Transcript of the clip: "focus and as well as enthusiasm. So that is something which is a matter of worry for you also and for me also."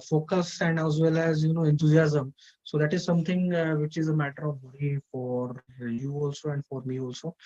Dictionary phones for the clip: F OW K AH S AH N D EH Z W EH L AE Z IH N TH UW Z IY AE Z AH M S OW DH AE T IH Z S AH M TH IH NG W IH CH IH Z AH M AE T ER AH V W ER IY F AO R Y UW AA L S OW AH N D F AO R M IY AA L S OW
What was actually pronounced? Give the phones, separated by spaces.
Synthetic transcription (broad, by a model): F OW K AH S AH N D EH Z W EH L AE Z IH N T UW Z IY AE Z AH M S OW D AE T IH Z S AH M T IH NG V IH CH IH Z AH M AE T ER AH V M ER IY F AO R Y UW AA L S OW AH N D F AO R M IY AA L S OW